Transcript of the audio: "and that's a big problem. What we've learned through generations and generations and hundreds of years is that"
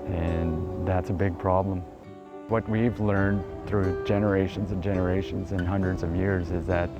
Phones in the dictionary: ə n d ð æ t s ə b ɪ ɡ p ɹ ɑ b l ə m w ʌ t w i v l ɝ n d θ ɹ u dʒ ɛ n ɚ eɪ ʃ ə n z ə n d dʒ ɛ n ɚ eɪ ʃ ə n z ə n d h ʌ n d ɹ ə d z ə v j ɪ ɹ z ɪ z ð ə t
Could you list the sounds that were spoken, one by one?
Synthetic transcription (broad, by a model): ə n ð æ t s ə b ɪ ɡ p ɹ ɑ b l ə m w ʌ t w i v l ɝ n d θ ɹ u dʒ ɛ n ɚ eɪ ʃ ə n z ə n dʒ ɛ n ɚ eɪ ʃ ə n z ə n h ʌ n d ɹ ə d z ə v j ɪ ɹ z ɪ z ð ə t